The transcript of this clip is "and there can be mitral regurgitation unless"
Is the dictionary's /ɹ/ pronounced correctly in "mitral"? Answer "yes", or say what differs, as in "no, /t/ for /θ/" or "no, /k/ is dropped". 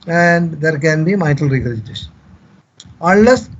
no, /ɹ/ is dropped